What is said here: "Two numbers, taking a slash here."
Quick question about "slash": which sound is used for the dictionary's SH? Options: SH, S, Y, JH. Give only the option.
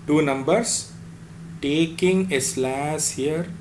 S